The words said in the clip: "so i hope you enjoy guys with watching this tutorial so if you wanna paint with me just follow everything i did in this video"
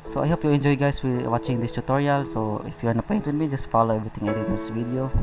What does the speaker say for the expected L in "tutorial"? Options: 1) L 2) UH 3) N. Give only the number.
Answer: 1